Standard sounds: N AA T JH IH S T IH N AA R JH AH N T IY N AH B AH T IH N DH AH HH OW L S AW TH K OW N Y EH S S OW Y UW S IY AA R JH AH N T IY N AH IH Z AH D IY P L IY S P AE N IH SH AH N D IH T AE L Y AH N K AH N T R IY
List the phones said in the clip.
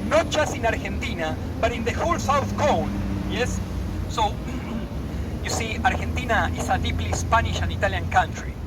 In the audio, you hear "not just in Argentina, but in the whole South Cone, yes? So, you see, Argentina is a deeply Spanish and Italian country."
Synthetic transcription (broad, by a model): N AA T JH IH S T IH N AA R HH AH N T IY N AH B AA T IH N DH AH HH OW L S AW TH K OW N Y EH S S OW Y UW S IY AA R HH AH N T IY N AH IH S AH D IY P L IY S P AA N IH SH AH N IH T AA L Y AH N K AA N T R IY